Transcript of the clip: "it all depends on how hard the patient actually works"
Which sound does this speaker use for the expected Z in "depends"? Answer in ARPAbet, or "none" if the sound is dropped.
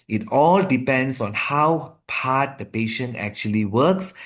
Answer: S